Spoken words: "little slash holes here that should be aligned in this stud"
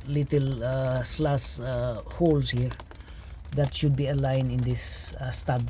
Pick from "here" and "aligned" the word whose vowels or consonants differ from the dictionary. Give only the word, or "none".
aligned